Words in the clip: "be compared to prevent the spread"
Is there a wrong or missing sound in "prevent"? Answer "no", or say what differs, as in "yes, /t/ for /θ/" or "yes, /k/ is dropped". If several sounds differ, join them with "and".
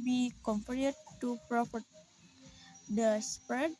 yes, /p/ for /v/ and /n/ is dropped